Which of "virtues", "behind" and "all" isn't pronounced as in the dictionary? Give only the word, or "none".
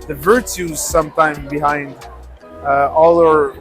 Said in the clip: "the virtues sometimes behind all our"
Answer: none